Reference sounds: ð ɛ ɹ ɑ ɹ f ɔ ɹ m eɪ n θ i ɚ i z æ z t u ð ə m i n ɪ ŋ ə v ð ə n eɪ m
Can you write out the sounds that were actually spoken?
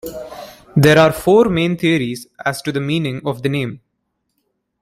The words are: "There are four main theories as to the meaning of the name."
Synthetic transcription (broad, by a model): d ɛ ɹ ɑ ɹ f ɔ ɹ m eɪ n t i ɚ i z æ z t u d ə m i n ɪ ŋ ə v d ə n eɪ m